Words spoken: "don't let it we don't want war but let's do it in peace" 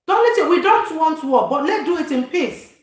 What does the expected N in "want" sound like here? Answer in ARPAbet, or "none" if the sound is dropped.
N